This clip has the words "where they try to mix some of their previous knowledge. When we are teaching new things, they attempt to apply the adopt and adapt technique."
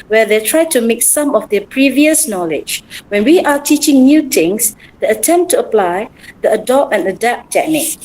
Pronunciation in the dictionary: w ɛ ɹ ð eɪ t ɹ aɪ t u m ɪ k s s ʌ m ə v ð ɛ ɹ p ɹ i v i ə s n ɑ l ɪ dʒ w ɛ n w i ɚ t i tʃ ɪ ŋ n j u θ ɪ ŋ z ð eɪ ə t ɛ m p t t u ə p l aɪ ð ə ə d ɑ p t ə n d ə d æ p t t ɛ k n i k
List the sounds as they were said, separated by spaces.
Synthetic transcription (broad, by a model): w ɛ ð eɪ t ɹ aɪ t u m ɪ k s s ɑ m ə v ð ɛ p ɹ i v i ə s n ɑ l ɪ dʒ w ɛ n w i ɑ t i tʃ ɪ ŋ n j u t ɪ ŋ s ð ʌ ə t ɛ m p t t u ə p l aɪ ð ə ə d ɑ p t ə n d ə d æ p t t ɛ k n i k